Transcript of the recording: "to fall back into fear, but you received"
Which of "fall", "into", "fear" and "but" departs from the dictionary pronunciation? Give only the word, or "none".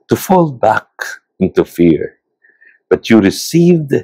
none